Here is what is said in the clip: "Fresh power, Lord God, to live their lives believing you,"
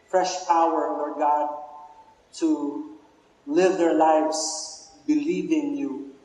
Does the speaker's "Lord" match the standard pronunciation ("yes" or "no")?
no